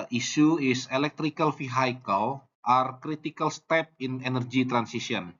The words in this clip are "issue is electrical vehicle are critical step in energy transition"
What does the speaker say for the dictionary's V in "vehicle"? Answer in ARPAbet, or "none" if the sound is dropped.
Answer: F